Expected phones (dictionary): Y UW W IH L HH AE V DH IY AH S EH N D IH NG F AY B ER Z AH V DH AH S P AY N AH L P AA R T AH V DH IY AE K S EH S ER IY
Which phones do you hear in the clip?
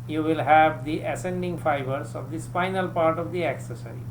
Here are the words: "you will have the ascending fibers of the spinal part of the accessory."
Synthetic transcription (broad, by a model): Y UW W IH L HH AE V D IY AH S EH N D IH NG F AY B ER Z AH V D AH S F AY N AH L P AA R T AH V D IY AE K S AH S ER IY